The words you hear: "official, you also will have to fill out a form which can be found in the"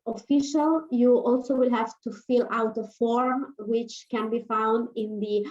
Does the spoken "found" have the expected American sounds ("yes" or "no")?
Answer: yes